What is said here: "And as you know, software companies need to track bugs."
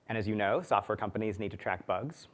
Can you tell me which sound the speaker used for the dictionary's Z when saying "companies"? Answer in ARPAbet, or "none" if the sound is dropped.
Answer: Z